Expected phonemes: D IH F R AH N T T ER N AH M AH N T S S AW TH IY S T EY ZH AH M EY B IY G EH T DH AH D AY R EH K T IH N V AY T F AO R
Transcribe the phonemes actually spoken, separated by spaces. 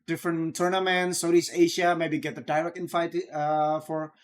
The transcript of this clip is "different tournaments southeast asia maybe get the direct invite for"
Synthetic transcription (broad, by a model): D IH F R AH N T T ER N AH M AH N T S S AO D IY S EY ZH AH M EY B IY G EH T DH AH D AY L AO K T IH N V AY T F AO R